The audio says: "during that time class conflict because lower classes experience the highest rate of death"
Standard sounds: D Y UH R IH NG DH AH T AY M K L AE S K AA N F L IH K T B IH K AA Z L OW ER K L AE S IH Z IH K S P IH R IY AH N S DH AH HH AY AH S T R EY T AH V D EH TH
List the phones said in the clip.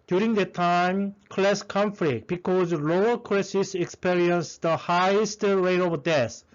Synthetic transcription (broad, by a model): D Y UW R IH NG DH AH T AY M K L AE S K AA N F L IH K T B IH K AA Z L OW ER K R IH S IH S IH K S P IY R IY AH N S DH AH HH AY AH S T R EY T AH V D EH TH